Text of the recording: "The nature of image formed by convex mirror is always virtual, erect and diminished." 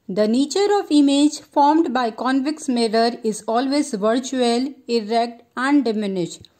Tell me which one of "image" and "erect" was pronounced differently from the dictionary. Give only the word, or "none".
none